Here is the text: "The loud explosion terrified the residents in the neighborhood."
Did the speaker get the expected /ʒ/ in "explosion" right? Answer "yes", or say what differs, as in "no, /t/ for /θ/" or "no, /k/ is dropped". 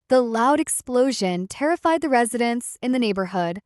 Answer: yes